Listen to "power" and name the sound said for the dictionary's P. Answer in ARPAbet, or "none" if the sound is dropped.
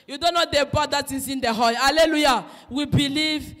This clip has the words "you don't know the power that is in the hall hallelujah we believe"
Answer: B